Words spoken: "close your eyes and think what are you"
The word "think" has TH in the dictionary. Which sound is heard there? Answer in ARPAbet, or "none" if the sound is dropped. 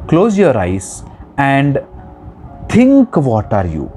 T